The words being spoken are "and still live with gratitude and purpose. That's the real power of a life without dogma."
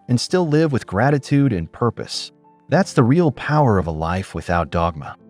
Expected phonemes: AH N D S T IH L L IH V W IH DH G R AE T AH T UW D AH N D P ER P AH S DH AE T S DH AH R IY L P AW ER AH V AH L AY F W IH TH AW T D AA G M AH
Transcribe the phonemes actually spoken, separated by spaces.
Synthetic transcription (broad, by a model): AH N S T IH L L IH V W IH DH G R AE T AH T UW D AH N P ER P AH S DH AE T S DH AH R IY L P AW ER AH V AH L AY F W IH TH AW T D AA G M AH